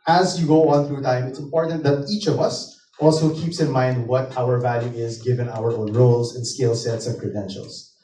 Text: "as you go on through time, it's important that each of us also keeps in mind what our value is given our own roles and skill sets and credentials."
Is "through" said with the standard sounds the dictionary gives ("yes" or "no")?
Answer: yes